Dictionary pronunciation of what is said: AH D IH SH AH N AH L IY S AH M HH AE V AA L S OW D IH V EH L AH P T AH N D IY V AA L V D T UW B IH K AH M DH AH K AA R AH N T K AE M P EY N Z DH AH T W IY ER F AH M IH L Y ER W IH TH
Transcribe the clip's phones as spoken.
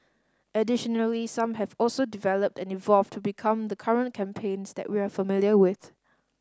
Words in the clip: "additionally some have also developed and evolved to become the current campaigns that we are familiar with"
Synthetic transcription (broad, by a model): AH D IH SH AH N AH L IY S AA M HH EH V AA L S OW D IH V EH L AH P T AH N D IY V AA L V T UW B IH K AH M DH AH K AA R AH N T K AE M P EY N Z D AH T W IY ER F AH M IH L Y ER W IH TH